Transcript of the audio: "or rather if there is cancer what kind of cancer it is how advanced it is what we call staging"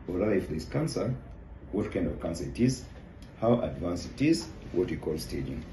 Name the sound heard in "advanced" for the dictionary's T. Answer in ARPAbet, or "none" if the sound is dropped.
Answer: none